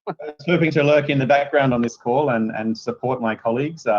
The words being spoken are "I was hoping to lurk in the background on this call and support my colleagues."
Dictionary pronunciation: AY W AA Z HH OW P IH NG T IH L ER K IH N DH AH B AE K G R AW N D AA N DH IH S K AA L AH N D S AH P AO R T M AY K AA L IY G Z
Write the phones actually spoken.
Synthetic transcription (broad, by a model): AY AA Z HH OW P IH NG T IH L ER K IH N DH AH B AE K G R AW N D N DH IH S K AA L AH N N S AH P AO R T M AY K AA L IY G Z